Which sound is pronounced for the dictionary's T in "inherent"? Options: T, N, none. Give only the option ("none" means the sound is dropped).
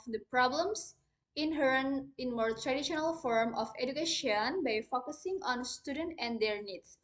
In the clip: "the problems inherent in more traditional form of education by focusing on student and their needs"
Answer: none